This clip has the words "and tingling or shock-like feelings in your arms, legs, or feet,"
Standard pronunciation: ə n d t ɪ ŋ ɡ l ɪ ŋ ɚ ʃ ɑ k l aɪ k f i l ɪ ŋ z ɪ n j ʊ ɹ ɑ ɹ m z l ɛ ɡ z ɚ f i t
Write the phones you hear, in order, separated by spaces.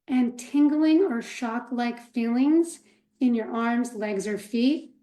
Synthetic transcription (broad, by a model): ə n t ɪ ŋ ɡ l ɪ ŋ ɚ ʃ ɑ k l aɪ k f i l ɪ ŋ z ɪ n j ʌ ɹ ɑ ɹ m z l ɛ ɡ z ɚ f i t